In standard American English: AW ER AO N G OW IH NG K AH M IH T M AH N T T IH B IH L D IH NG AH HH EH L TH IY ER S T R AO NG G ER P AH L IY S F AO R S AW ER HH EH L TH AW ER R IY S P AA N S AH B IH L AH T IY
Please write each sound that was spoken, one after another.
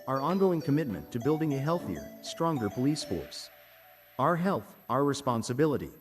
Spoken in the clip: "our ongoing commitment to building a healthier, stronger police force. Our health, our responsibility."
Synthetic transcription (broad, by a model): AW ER AO N G OW IH NG K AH M IH T M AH N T T IH B IH L D IH NG AH HH EH L TH IY ER S T R AO NG G ER P AH L IY S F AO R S AW ER HH EH L TH AW ER R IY S P AA N S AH B IH L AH T IY